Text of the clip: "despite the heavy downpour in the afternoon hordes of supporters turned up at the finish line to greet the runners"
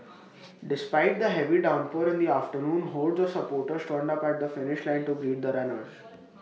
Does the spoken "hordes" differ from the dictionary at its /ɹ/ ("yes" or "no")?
yes